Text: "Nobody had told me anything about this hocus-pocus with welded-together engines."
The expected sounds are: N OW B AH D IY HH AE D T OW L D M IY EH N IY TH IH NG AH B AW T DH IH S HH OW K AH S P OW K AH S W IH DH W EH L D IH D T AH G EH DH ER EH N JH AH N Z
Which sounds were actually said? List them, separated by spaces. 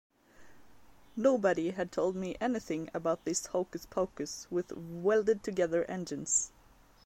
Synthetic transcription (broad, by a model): N OW B AH D IY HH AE D T OW L D M IY EH N IY TH IH NG AH B AW T DH IH S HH OW K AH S P OW K AH S W IH DH W EH L D IH D T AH G EH DH ER EH N JH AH N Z